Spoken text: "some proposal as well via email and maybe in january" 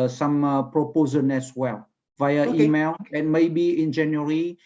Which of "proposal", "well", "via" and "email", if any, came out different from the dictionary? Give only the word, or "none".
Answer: proposal